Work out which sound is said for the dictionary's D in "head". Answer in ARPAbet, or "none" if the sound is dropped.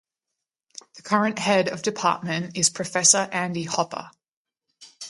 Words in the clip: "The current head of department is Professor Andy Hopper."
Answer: D